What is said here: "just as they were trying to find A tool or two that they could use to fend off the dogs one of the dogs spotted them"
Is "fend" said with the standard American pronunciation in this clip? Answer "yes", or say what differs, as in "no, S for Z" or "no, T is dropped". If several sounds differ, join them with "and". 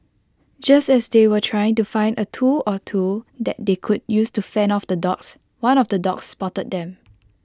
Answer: no, D is dropped